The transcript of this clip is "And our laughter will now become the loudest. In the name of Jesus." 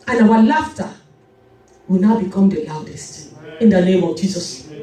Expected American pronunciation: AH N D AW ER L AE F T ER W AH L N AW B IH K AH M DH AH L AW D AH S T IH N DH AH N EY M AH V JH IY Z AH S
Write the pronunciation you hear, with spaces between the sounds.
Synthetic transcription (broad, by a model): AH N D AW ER L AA F T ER W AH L N AW B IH K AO M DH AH L AW D AH S T IH N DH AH N EY M AH V JH IY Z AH S